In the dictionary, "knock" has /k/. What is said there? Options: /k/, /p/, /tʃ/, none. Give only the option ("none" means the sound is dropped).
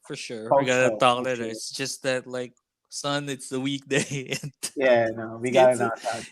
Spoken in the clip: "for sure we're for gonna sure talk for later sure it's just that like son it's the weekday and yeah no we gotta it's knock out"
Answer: none